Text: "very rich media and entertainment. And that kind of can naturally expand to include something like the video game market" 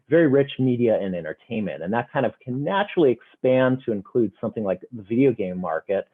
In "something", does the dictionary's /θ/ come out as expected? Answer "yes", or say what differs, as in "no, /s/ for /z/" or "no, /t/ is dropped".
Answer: yes